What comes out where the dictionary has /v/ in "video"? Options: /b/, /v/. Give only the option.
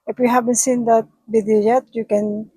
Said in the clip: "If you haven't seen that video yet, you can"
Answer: /b/